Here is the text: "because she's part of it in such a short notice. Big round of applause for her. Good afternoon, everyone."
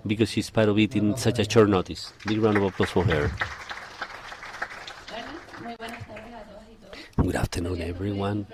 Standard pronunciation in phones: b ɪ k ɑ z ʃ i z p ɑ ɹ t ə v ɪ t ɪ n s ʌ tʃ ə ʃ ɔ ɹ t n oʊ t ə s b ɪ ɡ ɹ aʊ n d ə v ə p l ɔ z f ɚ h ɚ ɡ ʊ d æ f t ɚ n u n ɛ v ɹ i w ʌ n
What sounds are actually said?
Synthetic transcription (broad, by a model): b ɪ k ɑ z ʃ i s p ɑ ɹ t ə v ɪ t ɪ n s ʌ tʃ ə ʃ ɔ ɹ n oʊ t ə s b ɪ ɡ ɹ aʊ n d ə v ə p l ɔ s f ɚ h ɚ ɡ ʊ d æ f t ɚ n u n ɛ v ɹ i w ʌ n